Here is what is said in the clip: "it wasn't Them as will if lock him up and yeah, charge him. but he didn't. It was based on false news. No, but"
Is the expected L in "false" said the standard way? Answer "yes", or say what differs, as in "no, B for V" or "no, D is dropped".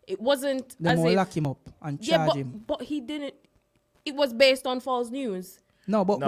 yes